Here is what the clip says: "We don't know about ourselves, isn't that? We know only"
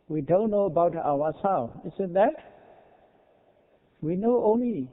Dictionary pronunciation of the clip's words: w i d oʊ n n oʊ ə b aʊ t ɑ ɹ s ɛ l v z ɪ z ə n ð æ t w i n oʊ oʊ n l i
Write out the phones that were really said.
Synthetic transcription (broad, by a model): w i d oʊ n n oʊ ə b aʊ t ɑ w s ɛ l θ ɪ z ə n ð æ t w i n oʊ oʊ n l i